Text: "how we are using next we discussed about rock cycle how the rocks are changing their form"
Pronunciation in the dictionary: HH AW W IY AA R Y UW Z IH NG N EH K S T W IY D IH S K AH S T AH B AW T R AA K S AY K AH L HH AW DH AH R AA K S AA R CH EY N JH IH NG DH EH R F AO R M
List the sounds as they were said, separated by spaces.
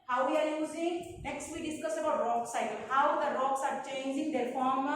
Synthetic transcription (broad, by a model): HH AW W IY AA R Y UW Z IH NG N EH K S T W IY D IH S K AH S AH B AW T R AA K S AY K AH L HH AW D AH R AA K S AA R CH EY N JH IH NG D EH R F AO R M